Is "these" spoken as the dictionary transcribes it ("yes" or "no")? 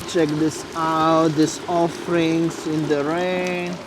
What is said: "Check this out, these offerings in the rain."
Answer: no